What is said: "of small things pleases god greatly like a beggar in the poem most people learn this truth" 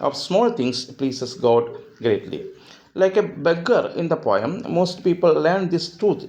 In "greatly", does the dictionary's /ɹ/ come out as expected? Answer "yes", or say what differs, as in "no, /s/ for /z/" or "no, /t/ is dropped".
yes